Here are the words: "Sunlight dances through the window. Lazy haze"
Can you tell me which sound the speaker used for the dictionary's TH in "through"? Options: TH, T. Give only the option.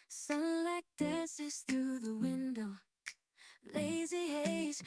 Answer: TH